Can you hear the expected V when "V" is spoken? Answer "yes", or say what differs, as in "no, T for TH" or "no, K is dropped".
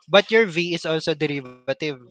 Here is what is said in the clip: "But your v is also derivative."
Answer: yes